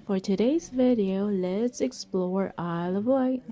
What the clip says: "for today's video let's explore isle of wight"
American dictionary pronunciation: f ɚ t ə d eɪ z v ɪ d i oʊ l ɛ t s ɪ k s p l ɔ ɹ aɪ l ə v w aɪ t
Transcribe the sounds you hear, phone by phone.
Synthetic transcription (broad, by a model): f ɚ t ə d eɪ z v ɪ d i oʊ l ɛ t s ɪ k s p l ɔ ɹ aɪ l ə v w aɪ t